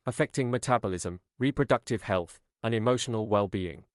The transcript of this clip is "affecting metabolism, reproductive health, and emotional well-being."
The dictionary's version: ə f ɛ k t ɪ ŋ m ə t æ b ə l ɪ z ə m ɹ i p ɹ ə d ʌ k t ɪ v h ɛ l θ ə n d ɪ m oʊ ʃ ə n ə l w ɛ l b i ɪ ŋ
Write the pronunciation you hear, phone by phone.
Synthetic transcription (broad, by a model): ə f ɛ k t ɪ ŋ m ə t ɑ b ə l ɪ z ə m ɹ i p ɹ ə d ʌ k t ɪ v h ɛ l θ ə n ɪ m oʊ ʃ ə n ə l w ɛ l b i ɪ ŋ